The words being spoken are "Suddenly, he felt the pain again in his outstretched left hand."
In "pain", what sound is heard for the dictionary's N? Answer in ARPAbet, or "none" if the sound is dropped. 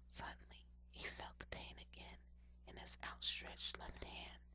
N